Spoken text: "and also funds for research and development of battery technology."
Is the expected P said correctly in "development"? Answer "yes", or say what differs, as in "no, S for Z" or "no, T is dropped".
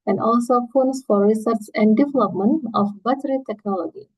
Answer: yes